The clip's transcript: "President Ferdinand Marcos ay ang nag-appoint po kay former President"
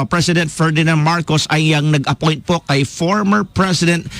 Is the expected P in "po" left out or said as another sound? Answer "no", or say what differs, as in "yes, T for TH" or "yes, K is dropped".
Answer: no